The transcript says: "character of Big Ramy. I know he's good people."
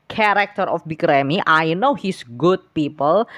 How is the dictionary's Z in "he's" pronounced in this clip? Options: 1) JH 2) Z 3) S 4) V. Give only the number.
3